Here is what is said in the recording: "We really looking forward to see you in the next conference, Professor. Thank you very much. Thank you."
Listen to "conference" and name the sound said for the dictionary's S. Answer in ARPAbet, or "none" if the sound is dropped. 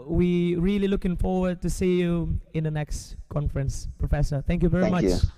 S